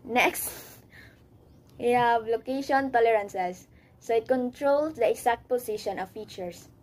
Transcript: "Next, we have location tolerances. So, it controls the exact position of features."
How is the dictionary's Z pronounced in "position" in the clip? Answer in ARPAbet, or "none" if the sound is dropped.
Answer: S